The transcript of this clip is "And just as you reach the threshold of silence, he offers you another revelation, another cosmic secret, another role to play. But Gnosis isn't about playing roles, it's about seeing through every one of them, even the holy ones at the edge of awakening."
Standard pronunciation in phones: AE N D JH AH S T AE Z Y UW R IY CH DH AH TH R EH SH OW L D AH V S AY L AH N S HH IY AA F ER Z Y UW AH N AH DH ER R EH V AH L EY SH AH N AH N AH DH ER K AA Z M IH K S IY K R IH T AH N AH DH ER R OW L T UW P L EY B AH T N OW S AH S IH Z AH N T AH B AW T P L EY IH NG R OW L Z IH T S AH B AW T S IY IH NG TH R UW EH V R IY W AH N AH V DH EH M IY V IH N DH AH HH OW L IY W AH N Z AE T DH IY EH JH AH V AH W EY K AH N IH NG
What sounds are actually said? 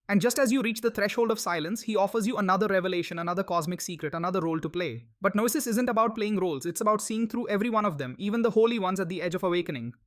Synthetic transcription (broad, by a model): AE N D JH AH S T AE Z Y UW R IY CH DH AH T R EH SH OW L D AH V S AY L AH N S HH IY AA F ER Z Y UW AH N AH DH ER R EH V AH L EY SH AH N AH N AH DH ER K AA Z M IH K S IY K R IH T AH N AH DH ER R OW L T UW P L EY B AH T N OW S AH S IH Z AH N T AH B AW T P L EY IH NG R OW L Z IH T S AH B AW T S IY IH NG T R UW EH V R IY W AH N AH V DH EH M IY V IH N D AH HH OW L IY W AH N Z AE T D IY EH JH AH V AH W EY K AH N IH NG